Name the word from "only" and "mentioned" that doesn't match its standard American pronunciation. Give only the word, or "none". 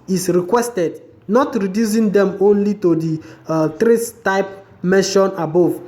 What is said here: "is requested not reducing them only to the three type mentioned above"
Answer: mentioned